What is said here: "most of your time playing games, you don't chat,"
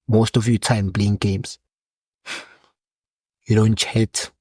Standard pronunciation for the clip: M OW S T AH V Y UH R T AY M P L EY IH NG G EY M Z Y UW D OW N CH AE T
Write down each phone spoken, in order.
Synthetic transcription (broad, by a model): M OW S T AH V Y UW T AY M B L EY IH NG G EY M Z Y UW D OW N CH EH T